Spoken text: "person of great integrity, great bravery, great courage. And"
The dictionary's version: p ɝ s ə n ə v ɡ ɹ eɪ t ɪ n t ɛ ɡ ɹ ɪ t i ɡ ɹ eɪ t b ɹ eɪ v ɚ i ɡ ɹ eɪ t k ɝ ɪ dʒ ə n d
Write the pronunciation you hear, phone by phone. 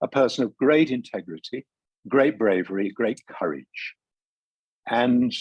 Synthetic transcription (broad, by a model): p ɝ s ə n ə v ɡ ɹ eɪ t ɪ n t ɛ ɡ ɹ ɪ t i ɡ ɹ eɪ t b ɹ eɪ v ɚ i ɡ ɹ eɪ t k ɝ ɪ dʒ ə n